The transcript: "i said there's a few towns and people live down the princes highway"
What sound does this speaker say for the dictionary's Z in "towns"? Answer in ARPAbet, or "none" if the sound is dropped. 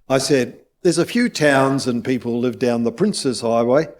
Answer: Z